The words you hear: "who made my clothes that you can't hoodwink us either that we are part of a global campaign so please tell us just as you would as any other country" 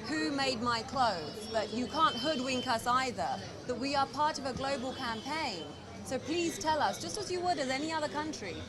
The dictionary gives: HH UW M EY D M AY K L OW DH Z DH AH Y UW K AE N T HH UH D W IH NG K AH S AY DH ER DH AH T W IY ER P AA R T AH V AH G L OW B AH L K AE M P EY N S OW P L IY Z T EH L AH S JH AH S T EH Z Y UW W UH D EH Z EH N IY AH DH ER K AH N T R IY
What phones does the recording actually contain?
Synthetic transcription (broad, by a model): HH UW M EY D M AY K L OW DH Z DH AH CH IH K AE N T HH UH D W IH NG K AH S AY DH ER DH AH T W IY ER P AA R T AH V AH G L OW B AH L K AE M P EY N S OW P L IY Z T EH L AH S JH AH S T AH Z Y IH W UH D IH Z EH N IY AH DH ER K AH N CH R IY